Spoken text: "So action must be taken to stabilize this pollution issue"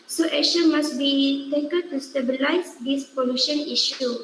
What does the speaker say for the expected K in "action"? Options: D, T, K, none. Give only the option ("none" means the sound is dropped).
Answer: none